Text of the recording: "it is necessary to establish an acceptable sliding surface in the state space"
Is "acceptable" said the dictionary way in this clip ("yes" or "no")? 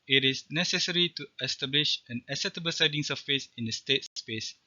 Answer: no